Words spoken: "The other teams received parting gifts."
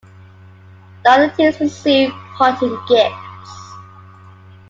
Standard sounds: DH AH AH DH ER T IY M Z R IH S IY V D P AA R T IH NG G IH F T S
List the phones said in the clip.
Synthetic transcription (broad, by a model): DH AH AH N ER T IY Z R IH S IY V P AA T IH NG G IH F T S